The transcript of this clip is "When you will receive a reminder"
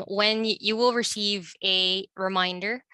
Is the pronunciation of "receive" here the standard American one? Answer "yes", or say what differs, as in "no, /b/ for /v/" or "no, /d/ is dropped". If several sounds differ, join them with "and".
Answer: yes